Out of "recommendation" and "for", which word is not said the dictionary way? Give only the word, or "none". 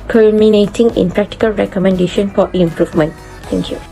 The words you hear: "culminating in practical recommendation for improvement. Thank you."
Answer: for